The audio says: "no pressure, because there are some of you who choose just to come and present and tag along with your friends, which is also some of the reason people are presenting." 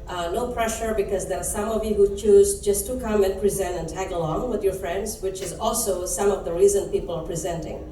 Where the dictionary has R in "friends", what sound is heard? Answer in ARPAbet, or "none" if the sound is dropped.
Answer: R